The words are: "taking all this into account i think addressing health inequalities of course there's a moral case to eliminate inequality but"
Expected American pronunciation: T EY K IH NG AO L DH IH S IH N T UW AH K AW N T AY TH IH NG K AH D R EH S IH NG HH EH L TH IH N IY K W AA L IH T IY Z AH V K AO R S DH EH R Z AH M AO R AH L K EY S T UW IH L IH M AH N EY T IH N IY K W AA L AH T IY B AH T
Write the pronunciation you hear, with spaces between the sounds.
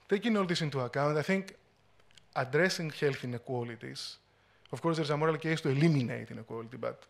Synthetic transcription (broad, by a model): T EY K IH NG AO L DH IH S IH N T UW AH K AW N T AY TH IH NG K AH D R EH S IH NG HH EH L TH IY N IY K W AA L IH T IY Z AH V K AO R S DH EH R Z AH M AO R AH L K EY S T UW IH L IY M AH N EY T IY N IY K W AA L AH T IY B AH T